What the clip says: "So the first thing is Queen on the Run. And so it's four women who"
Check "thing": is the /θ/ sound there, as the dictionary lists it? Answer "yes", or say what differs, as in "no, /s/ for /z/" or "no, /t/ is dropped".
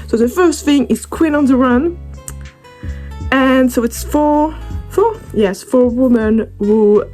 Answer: yes